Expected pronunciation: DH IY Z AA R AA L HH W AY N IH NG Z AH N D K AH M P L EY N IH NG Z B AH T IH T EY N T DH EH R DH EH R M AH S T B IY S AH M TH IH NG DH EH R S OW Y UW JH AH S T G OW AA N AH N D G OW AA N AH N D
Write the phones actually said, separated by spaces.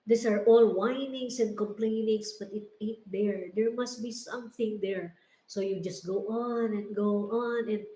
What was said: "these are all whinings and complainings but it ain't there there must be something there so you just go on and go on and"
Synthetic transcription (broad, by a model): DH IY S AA R AA L W AY N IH NG S AH N D K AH M P L EY N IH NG S B AH T IH T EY T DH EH R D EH R M AH S T B IY S AH M TH IH NG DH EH R S OW Y UW JH AH S T G OW AA N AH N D G OW AA N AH N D